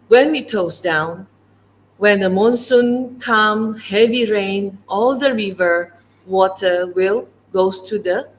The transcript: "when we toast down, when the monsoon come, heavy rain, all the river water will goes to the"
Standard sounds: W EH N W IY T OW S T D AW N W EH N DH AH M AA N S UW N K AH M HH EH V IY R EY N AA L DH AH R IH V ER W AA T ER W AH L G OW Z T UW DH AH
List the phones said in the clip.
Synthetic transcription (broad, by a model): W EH N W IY T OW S D AW N W EH N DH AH M AA N S UW N K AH M HH EH V IY R EY N AA L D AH R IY V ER W AA T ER W AH L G OW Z T UW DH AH